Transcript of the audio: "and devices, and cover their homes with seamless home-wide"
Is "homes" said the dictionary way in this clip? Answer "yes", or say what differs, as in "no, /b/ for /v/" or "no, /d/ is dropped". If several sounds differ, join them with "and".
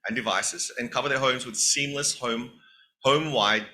yes